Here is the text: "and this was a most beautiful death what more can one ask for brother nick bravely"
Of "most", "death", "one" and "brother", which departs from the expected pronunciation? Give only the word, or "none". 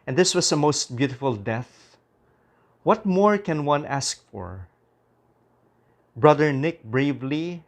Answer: none